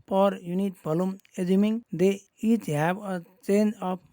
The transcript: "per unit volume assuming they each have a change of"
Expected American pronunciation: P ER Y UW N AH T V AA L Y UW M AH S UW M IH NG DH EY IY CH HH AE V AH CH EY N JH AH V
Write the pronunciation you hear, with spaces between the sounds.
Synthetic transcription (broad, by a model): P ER Y UW N AH T B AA L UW M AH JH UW M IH NG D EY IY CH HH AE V AH CH EY N JH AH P